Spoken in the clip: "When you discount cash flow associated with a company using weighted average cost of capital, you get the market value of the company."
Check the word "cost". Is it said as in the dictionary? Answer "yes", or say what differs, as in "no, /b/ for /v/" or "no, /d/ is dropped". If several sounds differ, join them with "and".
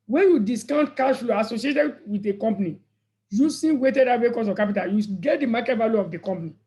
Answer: no, /t/ is dropped